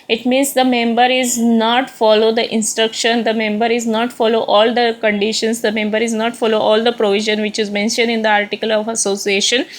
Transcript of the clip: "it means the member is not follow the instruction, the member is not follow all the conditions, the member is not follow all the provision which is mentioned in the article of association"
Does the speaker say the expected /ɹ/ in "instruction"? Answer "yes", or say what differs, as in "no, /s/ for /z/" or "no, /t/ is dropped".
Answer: yes